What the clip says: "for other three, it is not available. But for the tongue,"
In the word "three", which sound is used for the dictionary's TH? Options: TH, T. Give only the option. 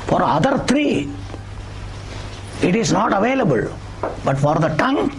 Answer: T